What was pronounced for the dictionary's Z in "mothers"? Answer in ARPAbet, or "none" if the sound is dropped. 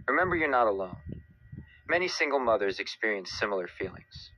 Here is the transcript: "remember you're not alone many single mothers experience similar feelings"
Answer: Z